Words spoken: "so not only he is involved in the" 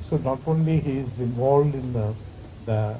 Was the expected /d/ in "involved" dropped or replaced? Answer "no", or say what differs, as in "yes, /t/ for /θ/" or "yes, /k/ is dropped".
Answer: no